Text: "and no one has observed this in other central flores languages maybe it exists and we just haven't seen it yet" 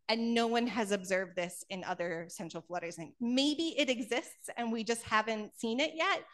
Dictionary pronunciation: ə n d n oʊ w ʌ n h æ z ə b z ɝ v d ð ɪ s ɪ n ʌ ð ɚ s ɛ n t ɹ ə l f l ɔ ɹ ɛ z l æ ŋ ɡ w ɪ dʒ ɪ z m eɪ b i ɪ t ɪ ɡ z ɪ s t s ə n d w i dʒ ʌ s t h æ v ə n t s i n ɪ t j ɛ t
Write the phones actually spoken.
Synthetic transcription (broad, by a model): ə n n oʊ w ʌ n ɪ z ə b z ɝ v d ð ɪ s ɪ n ʌ ð ɚ s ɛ n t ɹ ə l f l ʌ ɹ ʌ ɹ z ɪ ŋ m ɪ ɪ b i ɪ t ɪ ɡ z ɪ s t s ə n w i dʒ ʌ s t h æ v ə n t s i n ɪ t j ɛ t